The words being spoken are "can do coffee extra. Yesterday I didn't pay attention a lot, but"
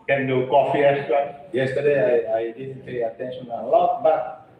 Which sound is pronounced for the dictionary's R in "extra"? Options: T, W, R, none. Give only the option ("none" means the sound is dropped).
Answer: none